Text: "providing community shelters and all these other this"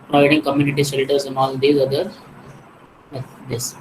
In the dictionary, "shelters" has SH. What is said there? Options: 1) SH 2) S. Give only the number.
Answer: 2